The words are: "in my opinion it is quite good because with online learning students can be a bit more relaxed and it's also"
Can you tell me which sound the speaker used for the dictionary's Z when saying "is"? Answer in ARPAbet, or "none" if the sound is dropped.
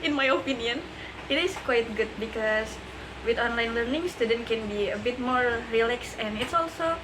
S